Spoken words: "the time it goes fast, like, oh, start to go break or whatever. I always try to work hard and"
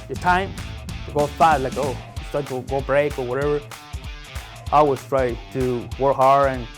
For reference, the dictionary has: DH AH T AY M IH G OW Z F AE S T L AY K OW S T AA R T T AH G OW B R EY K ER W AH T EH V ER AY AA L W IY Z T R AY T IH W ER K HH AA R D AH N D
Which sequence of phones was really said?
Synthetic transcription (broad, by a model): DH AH T AY M IH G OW F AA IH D L AY K OW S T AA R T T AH G OW B R EY K ER W AH T EH V ER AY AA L W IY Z T R AY T IH W ER K HH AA R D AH N